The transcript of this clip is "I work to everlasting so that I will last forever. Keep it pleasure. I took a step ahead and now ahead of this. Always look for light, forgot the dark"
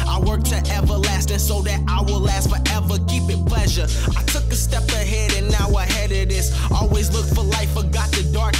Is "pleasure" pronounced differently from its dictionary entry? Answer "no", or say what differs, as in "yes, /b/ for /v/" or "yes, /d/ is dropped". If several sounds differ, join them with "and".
no